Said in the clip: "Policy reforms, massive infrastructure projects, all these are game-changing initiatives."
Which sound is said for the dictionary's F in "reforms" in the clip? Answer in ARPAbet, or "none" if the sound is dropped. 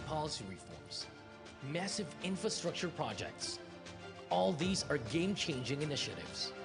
F